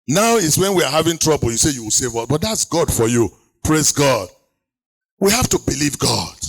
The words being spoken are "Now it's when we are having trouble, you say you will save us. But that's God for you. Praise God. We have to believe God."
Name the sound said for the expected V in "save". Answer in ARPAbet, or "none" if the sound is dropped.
V